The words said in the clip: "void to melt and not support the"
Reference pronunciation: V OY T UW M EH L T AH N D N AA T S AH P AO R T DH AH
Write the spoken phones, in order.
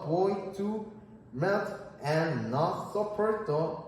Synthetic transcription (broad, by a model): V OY T UW M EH T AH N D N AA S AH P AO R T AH